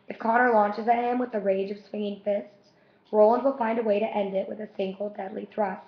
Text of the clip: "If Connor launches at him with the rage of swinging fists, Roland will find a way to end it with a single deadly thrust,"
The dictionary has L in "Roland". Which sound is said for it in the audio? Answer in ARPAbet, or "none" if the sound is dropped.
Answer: L